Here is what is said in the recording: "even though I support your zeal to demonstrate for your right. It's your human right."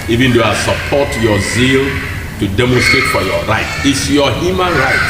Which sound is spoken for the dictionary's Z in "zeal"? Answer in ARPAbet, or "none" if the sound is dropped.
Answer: Z